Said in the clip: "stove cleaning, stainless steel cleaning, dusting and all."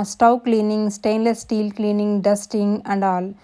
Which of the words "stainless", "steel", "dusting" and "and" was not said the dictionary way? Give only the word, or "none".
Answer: none